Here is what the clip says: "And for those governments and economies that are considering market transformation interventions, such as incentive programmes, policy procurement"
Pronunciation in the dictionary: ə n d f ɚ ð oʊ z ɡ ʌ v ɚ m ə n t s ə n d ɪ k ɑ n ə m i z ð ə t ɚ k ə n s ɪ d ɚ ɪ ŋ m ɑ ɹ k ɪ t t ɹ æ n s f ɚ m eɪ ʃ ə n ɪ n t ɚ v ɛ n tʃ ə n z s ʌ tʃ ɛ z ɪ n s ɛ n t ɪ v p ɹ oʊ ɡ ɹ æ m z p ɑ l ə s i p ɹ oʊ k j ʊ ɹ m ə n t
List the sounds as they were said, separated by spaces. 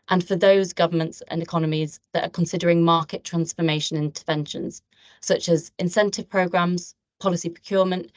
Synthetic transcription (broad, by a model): ə n f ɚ ð oʊ z ɡ ʌ v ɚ m ə n t s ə n ɪ k ɑ n ə m i z ð ə t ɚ k ə n s ɪ d ɚ ɪ ŋ m ɑ k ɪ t t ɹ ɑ n s f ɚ m eɪ ʃ ə n ɪ n t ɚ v ɛ n ʃ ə n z s ʌ tʃ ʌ z ɪ n s ɛ n t ɪ v p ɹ oʊ ɡ ɹ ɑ m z p ɑ l ə s i p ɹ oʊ k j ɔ m ə n t